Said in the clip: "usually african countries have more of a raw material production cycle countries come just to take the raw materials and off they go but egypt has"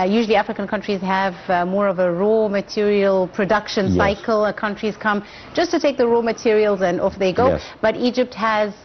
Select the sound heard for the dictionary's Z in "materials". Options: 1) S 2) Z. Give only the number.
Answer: 2